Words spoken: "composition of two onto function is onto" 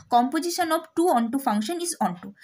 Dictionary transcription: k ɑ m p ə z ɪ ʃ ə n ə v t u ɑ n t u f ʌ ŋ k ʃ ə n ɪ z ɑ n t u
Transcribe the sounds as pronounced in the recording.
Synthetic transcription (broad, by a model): k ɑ m p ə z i ʃ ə n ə b t u ɑ n t u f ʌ ŋ k ʃ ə n ɪ z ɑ n t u